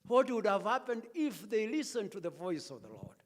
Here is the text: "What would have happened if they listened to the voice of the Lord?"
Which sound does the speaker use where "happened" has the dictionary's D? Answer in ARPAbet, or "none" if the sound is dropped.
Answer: D